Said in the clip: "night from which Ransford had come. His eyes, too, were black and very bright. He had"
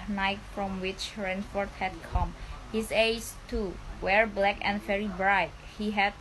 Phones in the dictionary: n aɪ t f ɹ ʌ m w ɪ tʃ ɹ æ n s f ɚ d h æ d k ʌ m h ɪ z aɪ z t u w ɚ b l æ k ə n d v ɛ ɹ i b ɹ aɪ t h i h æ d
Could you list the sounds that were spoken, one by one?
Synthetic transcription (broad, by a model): n aɪ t f ɹ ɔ m w ɪ tʃ ɹ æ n f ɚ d h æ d k ʌ m h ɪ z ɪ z t u w ɚ b l æ k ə n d v ɛ ɹ i b ɹ aɪ t h i h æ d